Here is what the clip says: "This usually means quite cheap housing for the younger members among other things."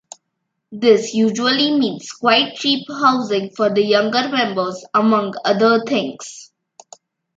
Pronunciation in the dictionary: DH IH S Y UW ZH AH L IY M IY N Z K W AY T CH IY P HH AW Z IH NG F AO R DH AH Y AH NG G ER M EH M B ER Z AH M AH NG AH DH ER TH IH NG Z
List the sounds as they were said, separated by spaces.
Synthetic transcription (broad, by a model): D IH S Y UW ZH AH L IY M IY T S K W AY T CH IY P HH AW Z IH NG F AO R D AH Y AH NG G ER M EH M B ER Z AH M AH NG AH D ER T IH NG S